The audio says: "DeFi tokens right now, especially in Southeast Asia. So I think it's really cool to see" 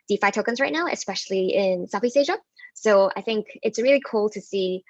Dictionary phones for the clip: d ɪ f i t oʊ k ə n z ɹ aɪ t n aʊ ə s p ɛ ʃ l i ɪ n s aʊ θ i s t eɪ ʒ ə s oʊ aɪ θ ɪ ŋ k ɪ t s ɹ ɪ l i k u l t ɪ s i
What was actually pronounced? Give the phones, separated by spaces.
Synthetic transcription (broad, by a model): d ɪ f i t oʊ k ə n z ɹ aɪ t n aʊ ə s p ɛ ʃ l i ɪ n s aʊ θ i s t eɪ ʒ ə s oʊ aɪ θ ɪ ŋ k ɪ t s ɹ ɪ l i k u l t ɪ s i